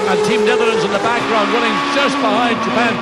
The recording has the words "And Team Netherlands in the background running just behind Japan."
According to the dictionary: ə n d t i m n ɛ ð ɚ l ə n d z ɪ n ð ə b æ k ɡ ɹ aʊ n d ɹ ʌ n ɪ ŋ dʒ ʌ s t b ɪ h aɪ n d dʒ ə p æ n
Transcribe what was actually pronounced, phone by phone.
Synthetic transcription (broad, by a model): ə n t i m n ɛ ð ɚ ə n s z ɪ n ð ə b æ k ɡ ɹ aʊ n d w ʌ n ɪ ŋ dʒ ʌ s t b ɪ h aɪ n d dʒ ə p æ n